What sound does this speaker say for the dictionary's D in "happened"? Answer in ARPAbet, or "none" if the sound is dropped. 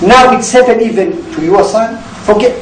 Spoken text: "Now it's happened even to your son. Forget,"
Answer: none